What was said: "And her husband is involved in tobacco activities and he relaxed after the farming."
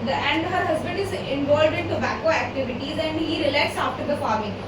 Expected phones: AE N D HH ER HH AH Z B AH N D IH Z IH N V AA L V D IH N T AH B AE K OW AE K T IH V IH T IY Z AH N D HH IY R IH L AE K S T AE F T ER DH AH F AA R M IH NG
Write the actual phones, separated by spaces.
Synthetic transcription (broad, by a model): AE N D HH ER HH AH Z B AH N D IH Z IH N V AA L D IH N T AH B AE K OW AE K T IH V IH T IY Z AH N D HH IY R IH L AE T S AA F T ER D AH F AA R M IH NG